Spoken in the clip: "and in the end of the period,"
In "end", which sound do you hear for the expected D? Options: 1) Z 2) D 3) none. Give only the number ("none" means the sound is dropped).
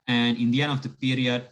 3